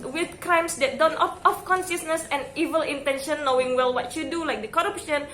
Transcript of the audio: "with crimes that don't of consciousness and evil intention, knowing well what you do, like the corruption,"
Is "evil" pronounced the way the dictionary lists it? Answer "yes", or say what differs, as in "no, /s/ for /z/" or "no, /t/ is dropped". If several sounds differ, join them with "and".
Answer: yes